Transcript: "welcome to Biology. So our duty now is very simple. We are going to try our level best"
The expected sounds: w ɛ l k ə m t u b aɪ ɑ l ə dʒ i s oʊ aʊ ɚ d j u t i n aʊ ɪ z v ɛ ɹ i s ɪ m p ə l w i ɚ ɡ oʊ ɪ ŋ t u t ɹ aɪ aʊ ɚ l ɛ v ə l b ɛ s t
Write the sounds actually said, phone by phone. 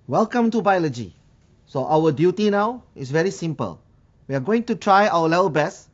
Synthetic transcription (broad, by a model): w ɛ l k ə m t u b aɪ ɑ l ə dʒ i s oʊ aʊ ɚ d j u t i n aʊ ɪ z v ɛ ɹ i s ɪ m p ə l w i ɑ ɡ oʊ ɪ ŋ t u t ɹ aɪ aʊ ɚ l ɛ v ə l b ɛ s